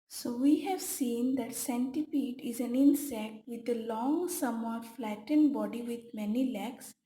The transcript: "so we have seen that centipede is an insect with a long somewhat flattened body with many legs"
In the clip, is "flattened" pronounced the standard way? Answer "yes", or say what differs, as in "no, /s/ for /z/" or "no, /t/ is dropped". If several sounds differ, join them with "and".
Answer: yes